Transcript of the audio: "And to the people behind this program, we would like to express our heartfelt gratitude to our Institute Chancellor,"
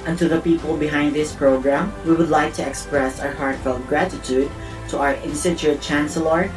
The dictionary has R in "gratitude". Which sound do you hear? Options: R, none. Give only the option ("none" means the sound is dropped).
R